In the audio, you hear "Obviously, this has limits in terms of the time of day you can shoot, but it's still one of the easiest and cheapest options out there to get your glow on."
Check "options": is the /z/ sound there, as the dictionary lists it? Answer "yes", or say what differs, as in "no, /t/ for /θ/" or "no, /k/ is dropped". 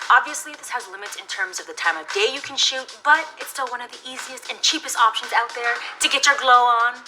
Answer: yes